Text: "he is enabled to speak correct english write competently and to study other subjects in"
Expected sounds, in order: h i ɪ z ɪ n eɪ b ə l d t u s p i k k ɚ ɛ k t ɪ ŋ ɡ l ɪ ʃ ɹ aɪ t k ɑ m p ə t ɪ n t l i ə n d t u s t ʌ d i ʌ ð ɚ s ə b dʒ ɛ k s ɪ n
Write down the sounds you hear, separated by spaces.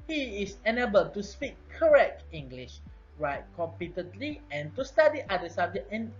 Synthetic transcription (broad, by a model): h i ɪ s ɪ n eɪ b ə l t u s p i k k ɚ ɛ k t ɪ ŋ ɡ l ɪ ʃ ɹ aɪ t k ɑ m p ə t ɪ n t l i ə n t u s t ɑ d i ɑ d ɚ s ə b dʒ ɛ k ɪ n